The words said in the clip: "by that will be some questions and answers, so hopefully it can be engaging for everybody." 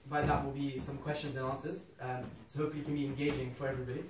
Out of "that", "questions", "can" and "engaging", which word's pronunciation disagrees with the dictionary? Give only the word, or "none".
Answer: none